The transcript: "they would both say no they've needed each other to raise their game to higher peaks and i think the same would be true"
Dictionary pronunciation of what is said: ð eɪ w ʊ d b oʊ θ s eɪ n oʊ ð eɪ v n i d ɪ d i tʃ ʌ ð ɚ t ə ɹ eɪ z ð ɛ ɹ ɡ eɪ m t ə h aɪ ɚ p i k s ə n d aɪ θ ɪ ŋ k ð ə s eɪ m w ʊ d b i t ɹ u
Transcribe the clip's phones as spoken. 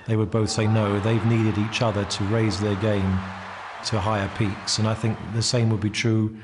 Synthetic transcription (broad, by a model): ð eɪ w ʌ d b oʊ θ s eɪ n oʊ ð eɪ v n i d ɪ d i tʃ ʌ ð ɚ t ə ɹ eɪ z ð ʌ ɹ ɡ eɪ m t ə h aɪ ɚ p i k s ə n aɪ θ ɪ ŋ k ð ə s eɪ m w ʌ d b i t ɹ u